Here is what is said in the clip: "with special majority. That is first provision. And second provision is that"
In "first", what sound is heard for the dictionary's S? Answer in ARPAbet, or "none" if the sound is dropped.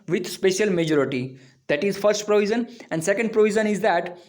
S